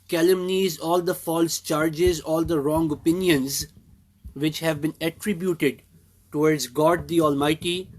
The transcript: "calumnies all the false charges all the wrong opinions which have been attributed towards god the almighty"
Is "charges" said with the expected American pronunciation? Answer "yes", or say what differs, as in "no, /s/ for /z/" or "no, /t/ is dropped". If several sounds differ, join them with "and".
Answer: yes